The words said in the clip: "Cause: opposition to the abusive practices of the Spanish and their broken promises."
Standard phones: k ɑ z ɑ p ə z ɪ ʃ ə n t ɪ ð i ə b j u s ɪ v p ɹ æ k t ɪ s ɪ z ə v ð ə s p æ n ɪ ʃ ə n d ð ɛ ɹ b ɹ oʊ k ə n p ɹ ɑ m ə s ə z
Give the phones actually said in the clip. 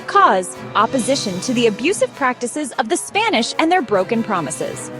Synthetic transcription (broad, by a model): k ɑ z ɑ p ə z ɪ ʃ ə n t ɪ ð i ə b j u s ɪ v p ɹ æ k t ɪ s ɪ z ə v ð ə s p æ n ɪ ʃ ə n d ð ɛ ɹ b ɹ oʊ k ə n p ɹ ɑ m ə s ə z